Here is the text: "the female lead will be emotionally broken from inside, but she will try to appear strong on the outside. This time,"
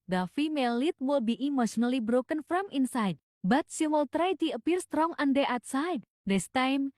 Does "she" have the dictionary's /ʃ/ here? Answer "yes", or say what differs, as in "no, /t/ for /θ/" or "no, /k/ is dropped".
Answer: no, /s/ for /ʃ/